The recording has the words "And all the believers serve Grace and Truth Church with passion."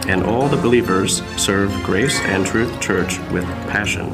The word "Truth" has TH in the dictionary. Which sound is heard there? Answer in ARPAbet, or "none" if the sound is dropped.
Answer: TH